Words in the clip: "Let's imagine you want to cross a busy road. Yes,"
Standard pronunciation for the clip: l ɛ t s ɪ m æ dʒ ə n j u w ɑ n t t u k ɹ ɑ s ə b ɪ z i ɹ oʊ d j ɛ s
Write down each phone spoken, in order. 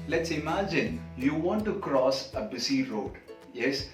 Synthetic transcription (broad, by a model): l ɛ t s ɪ m æ dʒ ə n j u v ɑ n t t u k ɹ ɑ s ə b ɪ s i ɹ oʊ d j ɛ s